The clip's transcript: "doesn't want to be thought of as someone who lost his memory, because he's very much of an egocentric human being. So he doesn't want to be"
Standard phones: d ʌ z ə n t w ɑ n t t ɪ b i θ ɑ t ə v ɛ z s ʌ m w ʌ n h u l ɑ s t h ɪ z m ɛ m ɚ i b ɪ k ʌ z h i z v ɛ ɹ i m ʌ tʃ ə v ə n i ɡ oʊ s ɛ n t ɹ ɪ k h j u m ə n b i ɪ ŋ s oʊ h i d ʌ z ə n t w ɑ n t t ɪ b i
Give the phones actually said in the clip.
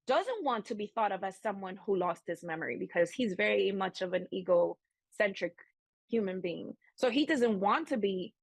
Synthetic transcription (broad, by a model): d ʌ z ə n t w ɑ n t t ɪ b i θ ɑ t ə v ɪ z s ʌ m w ʌ n h u l ɑ s t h ɪ s m ɛ m ɚ i b ɪ k ʌ z h i z v ɛ ɹ i m ʌ tʃ ə v ə n i ɡ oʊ s ɛ n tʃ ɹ ɪ k h j u m ə n b i ɪ ŋ s oʊ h i d ʌ z ə n t w ɑ n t t ɪ b i